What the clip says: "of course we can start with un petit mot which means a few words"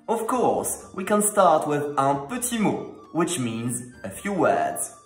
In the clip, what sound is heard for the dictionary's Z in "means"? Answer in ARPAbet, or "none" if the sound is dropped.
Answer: Z